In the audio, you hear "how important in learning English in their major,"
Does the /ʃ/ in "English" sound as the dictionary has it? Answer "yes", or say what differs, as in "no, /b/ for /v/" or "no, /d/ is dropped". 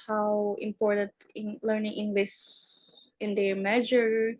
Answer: no, /s/ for /ʃ/